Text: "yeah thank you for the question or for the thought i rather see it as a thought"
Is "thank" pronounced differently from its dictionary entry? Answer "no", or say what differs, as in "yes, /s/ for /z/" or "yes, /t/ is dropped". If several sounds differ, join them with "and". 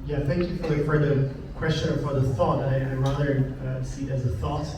no